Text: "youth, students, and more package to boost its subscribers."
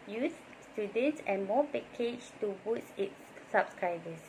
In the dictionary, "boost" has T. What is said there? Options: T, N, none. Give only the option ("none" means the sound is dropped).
none